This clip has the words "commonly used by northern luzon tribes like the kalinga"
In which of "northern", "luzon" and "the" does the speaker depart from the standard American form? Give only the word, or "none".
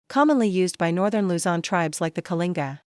none